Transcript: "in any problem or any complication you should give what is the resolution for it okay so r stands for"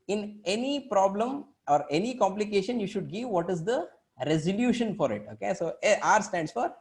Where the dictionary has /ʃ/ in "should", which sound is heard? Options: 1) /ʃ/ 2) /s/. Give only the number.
1